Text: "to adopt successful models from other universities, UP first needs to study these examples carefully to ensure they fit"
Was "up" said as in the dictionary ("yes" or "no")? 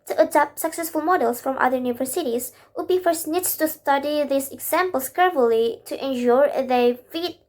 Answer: no